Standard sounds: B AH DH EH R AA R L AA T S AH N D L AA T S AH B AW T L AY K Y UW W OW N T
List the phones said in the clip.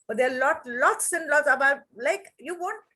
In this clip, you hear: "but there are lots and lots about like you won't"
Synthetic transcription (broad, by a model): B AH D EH L AA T L AA T S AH N L AA T S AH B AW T L AY K Y UW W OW N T